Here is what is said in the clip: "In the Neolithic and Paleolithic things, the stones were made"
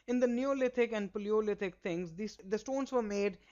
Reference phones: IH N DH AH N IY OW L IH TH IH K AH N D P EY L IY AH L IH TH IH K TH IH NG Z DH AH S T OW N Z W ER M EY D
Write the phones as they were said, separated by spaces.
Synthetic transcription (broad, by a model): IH N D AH N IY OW L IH T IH K AH N D P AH L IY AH L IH T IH K T IH NG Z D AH S T OW N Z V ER M EY D